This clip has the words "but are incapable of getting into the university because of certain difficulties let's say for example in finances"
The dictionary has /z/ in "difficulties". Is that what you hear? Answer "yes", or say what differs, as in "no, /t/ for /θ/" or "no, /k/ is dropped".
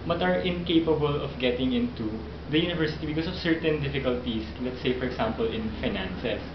no, /s/ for /z/